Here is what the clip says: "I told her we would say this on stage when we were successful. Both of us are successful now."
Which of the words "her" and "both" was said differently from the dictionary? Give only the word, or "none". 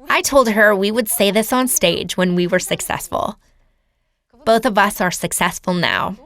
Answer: none